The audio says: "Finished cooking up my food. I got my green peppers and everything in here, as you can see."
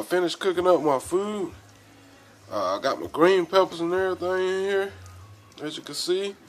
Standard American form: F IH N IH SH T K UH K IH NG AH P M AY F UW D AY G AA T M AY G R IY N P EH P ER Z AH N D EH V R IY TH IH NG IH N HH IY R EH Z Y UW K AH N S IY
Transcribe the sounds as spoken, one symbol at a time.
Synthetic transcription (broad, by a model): F IH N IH SH K UH K IH NG AH P M AY F UW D AY G AA T M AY G R IY N P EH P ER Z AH N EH R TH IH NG IH N HH IY R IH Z Y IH K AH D S IY